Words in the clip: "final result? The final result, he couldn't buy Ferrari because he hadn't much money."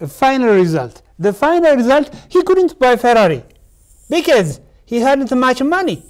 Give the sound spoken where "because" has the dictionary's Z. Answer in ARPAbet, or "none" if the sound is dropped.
Z